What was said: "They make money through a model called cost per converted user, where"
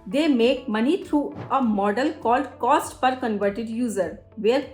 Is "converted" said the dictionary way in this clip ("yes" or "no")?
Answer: yes